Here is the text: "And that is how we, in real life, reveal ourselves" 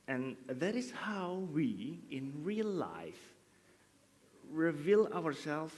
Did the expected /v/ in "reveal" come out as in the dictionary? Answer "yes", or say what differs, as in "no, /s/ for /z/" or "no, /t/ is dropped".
yes